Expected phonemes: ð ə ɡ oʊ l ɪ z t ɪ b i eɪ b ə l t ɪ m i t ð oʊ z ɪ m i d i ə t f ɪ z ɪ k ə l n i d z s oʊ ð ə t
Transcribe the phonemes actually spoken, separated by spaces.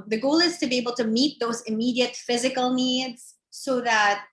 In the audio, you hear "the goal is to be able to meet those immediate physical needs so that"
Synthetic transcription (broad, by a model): ð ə ɡ oʊ l ɪ z t ɪ b i eɪ b l t ɪ m i t ð oʊ z ɪ m i d i ə t f ɪ z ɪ k l n i d z s oʊ ð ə t